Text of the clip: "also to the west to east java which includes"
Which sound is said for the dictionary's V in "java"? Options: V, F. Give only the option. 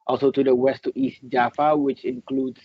F